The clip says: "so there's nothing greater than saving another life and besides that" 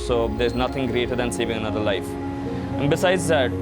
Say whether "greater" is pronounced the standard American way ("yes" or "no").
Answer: yes